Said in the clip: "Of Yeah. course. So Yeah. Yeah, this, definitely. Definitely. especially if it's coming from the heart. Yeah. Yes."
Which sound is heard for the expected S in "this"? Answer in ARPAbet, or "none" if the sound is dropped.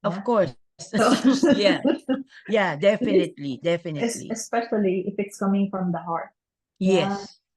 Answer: none